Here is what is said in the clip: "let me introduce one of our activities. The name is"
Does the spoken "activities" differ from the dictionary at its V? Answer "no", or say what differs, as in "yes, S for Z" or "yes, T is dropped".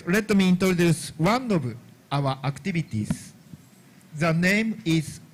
yes, B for V